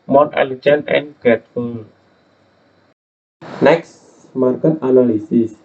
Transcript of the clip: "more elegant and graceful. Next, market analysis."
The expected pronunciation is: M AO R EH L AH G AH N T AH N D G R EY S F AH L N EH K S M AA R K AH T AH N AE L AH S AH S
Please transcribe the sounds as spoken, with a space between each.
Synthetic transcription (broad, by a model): M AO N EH L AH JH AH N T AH N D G EY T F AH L N EH K S M AA R K AH T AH N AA L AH S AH S